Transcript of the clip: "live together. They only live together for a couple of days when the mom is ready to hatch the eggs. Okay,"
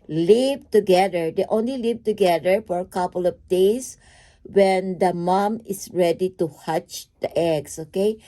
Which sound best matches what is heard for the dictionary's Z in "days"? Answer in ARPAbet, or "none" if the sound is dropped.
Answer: S